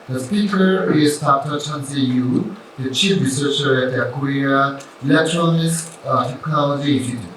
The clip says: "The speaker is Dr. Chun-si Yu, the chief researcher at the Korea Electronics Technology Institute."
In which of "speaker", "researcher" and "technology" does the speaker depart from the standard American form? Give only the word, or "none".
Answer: none